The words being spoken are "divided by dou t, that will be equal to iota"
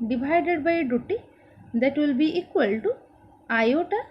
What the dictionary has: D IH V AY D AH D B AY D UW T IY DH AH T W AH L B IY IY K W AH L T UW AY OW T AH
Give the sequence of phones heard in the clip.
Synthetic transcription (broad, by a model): D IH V AY D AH D B AY D UW T IY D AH T W AH L B IY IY K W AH L T UW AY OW T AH